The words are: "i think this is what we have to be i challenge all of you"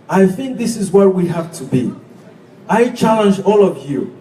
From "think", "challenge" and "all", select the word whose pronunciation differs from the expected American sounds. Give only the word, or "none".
none